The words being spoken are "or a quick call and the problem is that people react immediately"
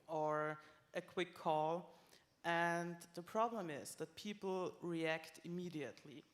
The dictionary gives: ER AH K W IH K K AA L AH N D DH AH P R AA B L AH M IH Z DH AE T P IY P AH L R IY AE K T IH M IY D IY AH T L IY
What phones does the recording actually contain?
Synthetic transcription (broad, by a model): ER AH K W IH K K AA L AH N DH AH P R AA B L AH M IH Z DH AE T P IY P L R IY AE K T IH M IY D IY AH T L IY